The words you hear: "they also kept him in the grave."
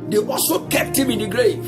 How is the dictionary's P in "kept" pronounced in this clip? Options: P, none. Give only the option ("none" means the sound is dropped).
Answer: P